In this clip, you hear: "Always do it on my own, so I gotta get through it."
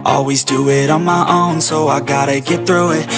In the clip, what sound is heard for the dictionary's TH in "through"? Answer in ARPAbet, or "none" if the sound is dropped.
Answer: TH